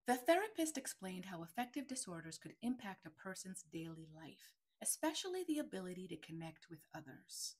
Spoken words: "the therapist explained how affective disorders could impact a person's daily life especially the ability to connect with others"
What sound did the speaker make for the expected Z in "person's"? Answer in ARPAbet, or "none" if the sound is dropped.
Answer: Z